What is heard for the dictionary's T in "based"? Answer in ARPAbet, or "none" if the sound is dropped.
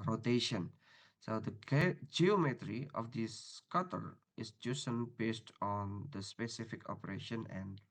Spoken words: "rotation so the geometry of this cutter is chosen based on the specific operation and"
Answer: T